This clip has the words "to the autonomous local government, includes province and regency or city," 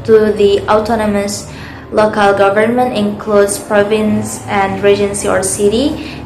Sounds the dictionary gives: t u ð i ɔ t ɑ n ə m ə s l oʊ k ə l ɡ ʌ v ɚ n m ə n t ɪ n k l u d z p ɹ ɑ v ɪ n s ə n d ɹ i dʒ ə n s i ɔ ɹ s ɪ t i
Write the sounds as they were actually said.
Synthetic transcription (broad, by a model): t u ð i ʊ t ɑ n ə m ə s l oʊ k ə l ɡ ʌ v ɚ n m ə n t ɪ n k l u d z p ɹ ɑ v ɪ n s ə n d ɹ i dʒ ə n s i ɔ ɹ s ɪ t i